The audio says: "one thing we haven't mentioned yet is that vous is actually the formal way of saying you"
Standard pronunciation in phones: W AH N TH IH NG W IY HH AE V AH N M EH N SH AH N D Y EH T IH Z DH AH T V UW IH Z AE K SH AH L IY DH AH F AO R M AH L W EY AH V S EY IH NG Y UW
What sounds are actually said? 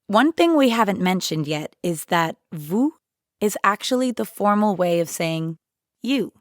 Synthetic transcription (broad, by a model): W AH N TH IH NG W IY HH AE V AH N M EH N SH AH N D Y EH T IH Z DH AH T V UW IH Z AE K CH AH L IY DH AH F AO R M L W EY AH V S EY IH NG Y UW